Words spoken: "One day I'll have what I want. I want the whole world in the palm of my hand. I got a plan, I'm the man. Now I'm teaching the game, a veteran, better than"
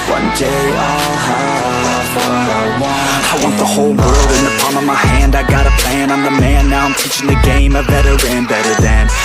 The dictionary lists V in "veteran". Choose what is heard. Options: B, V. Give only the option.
B